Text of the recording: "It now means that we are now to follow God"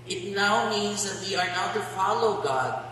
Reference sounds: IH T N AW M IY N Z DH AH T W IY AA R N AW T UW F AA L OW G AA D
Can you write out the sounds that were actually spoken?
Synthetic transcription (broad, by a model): IH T N AW M IY N Z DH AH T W IY AA R N AW T UW F AA L OW G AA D